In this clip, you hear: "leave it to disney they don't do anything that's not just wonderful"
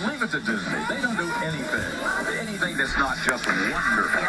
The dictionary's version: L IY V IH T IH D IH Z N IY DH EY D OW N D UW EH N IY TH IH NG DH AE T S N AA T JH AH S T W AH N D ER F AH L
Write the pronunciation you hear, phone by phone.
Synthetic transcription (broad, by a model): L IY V IH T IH D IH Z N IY DH EY D OW N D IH EH N IY TH IH NG DH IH T S N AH T JH AH S T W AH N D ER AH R